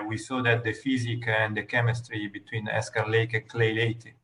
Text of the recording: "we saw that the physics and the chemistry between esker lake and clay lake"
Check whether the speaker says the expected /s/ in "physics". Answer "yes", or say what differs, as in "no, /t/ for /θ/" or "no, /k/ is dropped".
no, /s/ is dropped